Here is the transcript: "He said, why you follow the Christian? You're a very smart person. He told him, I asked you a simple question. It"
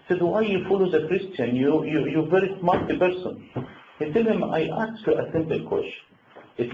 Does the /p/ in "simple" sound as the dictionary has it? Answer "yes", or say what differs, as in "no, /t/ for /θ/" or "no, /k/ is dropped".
no, /b/ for /p/